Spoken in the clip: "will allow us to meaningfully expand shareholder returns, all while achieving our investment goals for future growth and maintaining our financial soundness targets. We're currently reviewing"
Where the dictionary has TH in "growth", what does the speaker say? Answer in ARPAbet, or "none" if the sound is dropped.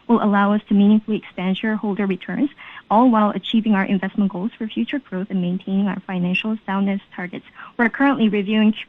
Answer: TH